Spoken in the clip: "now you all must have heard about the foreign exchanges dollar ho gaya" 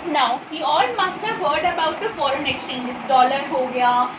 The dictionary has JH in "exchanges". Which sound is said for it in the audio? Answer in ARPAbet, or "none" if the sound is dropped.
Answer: none